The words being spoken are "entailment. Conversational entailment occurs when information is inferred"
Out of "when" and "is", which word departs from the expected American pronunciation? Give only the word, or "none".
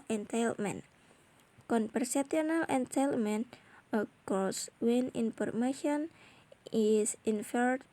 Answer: is